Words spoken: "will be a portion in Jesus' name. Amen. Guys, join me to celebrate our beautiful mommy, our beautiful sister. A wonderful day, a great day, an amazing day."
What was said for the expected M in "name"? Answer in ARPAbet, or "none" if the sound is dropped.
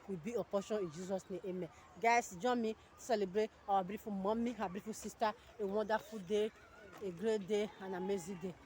none